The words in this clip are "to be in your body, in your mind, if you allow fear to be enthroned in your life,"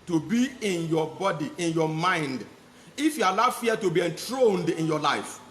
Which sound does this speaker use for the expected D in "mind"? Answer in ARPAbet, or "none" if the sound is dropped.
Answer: D